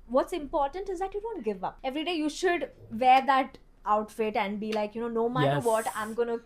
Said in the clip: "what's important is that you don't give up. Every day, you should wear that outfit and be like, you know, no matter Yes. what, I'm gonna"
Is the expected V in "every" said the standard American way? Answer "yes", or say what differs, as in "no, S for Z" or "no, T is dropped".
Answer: yes